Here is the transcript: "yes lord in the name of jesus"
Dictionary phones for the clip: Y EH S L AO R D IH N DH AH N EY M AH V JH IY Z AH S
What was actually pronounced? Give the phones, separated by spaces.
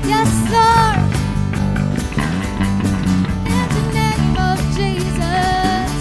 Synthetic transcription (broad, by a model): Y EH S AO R IH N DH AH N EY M AH V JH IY Z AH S